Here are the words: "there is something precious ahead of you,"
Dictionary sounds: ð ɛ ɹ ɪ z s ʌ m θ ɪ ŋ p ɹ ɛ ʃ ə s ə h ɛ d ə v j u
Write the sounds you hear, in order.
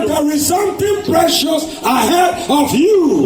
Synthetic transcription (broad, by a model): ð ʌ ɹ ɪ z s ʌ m t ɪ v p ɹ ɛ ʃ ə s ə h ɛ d ə v j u